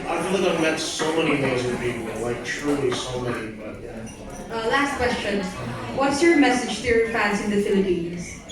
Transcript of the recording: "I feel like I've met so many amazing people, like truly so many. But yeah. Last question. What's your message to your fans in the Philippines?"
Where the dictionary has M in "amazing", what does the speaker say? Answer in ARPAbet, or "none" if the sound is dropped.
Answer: none